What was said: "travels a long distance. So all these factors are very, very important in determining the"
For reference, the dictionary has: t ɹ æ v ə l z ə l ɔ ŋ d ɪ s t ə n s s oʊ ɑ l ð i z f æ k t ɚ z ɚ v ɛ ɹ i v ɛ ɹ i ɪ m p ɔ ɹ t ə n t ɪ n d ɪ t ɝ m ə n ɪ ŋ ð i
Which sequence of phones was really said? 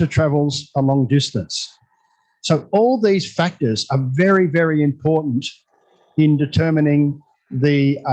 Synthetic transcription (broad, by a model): t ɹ æ v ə l z ə l ɔ ŋ d ɪ s t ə n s s oʊ ɑ l ð i z f æ k t ɚ z ɚ v ɛ ɹ i v ɛ ɹ i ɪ m p ɔ ɹ t n t ɪ n d ɪ t ɝ m ə n ɪ ŋ ð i